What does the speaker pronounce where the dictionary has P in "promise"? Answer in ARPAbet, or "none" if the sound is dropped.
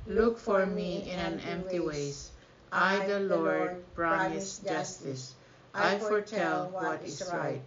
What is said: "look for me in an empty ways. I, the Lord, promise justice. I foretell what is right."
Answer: B